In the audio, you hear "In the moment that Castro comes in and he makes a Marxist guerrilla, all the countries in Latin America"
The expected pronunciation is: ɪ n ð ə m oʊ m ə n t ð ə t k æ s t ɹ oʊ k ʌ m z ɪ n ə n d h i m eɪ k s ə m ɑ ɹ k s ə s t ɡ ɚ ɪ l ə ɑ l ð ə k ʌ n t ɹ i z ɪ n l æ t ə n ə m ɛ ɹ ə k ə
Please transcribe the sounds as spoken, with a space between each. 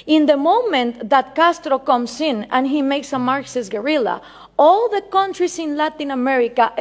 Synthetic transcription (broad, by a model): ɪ n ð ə m oʊ m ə n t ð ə t k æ s t ɹ oʊ k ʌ m s ɪ n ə n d h i m eɪ k s ə m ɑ ɹ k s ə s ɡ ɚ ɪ l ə ɑ l ð ə k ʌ n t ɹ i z ɪ n l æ t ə n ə m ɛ ɹ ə k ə